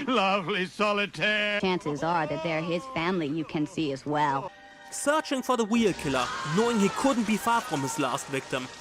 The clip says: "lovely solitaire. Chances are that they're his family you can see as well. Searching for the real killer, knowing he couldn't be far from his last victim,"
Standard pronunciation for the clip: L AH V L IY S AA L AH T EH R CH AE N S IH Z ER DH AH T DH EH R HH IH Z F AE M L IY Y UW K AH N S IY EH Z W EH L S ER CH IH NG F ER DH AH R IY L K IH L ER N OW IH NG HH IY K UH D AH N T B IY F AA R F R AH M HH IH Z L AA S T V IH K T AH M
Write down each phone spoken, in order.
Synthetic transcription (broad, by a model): L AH V L IY S AA L AH T EH R CH AE N S IH Z ER DH AH T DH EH R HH IH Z F AE M L IY Y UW K AH N S IY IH Z W EH L S ER CH IH NG F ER DH AH W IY L K IH L ER N OW IH NG HH IY K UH D N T B IY F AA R F R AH M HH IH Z L AA S T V IH K T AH M